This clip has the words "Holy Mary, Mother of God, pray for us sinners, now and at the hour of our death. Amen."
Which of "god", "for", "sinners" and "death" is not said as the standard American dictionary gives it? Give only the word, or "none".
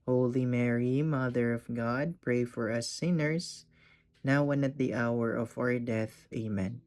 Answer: sinners